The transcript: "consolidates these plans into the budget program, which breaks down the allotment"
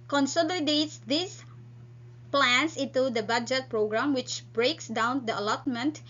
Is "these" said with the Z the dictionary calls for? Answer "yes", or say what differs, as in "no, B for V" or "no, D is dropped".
no, S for Z